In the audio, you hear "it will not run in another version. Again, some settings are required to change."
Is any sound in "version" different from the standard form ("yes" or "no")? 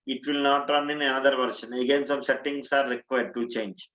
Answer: yes